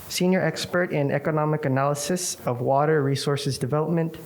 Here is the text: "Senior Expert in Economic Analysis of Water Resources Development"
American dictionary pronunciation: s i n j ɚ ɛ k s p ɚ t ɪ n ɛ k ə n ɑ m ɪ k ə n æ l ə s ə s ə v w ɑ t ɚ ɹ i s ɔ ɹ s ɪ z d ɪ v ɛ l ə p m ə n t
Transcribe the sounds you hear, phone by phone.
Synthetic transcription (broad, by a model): s i n j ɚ ɛ k s p ɚ t ɪ n ɛ k ə n ɑ m ɪ k ə n æ l ə s ə s ə v w ɑ t ɚ ɹ i s ɔ ɹ s ɪ z d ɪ v ɛ l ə p m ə n t